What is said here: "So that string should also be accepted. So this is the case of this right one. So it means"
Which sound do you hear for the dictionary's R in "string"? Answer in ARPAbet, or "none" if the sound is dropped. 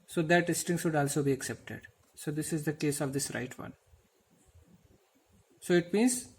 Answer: none